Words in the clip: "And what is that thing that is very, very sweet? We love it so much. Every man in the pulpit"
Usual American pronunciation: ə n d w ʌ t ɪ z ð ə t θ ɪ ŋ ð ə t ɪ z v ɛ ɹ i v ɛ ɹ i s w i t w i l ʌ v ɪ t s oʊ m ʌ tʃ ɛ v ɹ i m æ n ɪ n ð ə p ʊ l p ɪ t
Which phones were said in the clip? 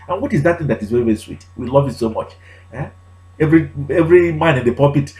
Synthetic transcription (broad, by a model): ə n w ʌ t ɪ z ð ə t θ ɪ ŋ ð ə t ɪ z v ɛ ɹ i v ɛ ɹ i s w i t w i l ʌ v ɪ t s oʊ m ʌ tʃ ɛ v ɹ i m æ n ɪ n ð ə p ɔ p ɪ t